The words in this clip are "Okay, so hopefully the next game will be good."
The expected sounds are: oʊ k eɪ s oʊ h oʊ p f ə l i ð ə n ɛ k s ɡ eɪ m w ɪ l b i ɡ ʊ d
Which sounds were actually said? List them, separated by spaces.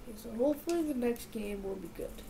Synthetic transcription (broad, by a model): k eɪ s oʊ h oʊ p f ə l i ð ə n ɛ k s ɡ eɪ m w ɪ l b i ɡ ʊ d